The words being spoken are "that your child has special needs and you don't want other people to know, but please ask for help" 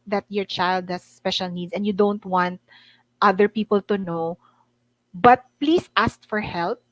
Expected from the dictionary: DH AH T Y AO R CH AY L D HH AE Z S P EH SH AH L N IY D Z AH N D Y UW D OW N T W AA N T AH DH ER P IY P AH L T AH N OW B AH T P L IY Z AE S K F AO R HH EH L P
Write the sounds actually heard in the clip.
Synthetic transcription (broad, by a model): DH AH T Y AO R CH AY L D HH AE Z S P EH SH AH L N IY D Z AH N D Y UW D OW N T W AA N T AH DH ER P IY P AH L T AH N OW B AH T P L IY S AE S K F AO R HH EH L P